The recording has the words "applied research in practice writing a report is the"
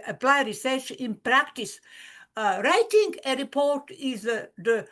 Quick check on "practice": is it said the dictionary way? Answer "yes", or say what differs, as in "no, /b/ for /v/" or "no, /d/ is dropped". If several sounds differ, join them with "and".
yes